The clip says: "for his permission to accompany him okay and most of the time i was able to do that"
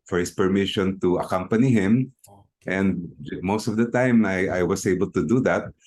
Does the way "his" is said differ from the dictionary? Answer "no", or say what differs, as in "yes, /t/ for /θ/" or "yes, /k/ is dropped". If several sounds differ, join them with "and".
yes, /s/ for /z/